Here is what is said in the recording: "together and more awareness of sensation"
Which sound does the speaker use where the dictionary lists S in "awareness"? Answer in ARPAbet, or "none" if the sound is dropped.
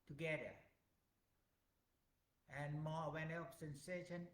none